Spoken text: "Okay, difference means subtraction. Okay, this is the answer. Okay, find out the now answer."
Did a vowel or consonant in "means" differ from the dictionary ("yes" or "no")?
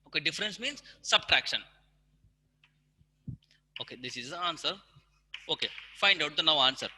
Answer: no